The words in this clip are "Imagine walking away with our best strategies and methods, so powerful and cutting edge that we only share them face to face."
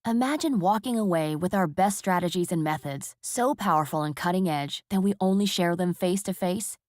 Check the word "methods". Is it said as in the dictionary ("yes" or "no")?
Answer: yes